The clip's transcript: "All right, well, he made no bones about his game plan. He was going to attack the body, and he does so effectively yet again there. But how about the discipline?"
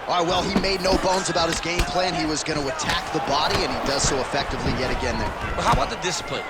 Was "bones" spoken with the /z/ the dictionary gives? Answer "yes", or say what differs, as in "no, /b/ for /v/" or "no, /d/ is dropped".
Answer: yes